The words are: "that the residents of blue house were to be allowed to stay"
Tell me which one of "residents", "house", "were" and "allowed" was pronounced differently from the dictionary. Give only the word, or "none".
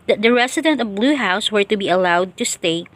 residents